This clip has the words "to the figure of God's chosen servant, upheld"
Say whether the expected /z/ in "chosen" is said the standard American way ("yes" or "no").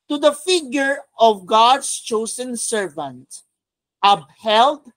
no